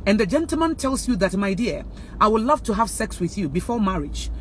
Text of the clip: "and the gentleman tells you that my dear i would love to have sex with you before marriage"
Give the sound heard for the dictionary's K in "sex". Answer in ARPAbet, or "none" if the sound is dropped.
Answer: K